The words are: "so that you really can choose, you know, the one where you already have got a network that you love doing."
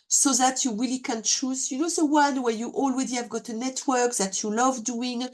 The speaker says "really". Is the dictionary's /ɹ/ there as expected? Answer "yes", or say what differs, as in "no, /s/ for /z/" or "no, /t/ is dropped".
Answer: yes